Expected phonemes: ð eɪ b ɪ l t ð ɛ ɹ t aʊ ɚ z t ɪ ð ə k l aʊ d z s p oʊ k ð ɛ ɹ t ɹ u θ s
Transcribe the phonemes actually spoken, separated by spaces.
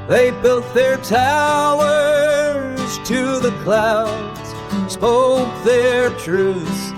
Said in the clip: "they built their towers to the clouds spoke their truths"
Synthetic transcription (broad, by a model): ð eɪ b ɪ l t ð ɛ ɹ t aʊ ɚ z t ɪ ð ə k l aʊ d z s oʊ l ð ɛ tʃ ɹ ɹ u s